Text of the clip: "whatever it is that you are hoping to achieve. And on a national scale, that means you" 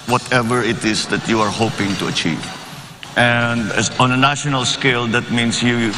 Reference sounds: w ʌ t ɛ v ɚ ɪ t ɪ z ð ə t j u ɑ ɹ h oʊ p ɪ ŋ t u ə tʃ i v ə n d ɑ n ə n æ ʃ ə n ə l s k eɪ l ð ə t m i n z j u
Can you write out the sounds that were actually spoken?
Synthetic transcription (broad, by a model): w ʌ t ɛ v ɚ ɪ t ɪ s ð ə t j u ɑ ɹ h oʊ p ɪ ŋ t u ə tʃ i v ə n d ɑ n ə n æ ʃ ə n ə l s k eɪ l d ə t m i n s j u